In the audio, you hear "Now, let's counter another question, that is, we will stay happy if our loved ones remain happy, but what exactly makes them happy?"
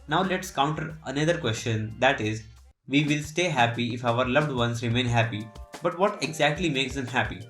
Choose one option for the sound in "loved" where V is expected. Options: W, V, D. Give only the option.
V